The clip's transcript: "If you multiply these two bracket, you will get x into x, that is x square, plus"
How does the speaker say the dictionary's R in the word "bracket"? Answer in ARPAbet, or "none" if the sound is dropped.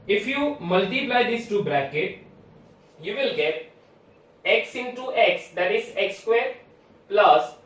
R